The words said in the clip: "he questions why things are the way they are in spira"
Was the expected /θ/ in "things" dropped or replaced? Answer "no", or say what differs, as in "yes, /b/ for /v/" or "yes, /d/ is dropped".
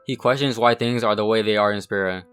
no